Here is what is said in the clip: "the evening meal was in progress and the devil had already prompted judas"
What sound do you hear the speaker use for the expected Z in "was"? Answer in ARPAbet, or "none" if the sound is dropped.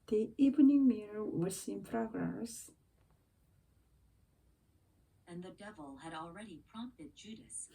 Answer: S